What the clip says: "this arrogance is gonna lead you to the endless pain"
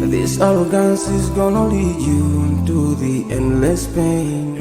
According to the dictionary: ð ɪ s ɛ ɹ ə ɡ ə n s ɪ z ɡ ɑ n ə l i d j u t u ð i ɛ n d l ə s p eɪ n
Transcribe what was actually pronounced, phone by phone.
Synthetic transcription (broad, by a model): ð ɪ s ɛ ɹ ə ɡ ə n s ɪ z ɡ ɑ n ə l i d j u t u ð i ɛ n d l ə s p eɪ n